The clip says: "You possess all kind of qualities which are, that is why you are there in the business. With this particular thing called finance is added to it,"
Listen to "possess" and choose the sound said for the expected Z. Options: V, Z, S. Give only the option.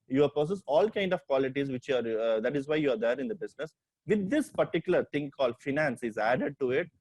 S